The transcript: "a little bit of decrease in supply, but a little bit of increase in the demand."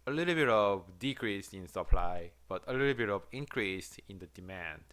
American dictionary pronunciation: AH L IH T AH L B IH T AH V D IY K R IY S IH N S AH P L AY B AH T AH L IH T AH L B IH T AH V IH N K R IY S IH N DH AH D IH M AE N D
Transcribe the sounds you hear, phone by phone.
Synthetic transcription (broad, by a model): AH L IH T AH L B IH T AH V D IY K R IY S IH N S AH P L AY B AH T AH L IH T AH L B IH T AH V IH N K R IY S IH N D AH D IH M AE N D